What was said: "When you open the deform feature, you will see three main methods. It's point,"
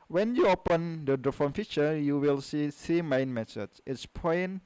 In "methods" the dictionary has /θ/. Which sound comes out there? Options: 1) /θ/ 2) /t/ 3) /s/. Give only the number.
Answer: 3